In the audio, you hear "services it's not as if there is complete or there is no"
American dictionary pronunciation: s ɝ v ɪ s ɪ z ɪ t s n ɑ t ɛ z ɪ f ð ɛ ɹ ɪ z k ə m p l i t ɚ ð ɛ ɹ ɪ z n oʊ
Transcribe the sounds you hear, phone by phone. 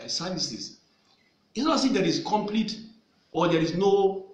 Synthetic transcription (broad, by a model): s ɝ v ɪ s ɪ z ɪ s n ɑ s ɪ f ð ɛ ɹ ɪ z k ə m p l i t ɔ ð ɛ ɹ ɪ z n oʊ